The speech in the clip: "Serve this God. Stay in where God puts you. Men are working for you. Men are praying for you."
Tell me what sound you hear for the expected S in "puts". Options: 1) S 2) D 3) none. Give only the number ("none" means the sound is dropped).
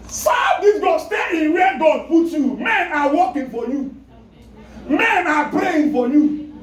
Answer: 3